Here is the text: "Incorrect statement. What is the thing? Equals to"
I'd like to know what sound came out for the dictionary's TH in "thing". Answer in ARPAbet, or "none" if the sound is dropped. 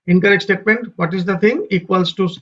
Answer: T